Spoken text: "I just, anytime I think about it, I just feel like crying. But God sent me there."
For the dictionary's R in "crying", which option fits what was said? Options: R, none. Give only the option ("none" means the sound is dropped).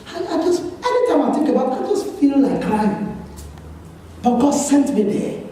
none